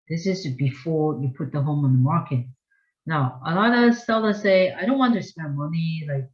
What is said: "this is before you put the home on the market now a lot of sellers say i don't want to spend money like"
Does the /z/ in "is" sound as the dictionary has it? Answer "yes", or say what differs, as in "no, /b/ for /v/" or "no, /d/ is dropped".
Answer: yes